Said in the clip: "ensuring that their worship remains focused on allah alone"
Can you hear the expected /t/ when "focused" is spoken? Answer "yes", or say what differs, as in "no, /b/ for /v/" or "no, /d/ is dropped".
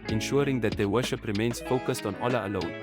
yes